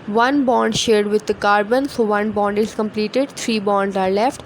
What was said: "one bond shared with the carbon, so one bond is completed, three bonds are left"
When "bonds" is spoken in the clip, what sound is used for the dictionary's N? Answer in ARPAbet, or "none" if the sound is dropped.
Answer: N